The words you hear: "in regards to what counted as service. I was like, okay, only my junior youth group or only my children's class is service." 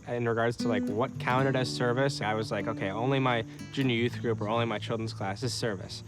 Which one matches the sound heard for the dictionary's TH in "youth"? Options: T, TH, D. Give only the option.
TH